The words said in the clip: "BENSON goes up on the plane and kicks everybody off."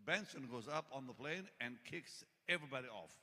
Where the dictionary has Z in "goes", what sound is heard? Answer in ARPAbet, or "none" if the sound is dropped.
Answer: Z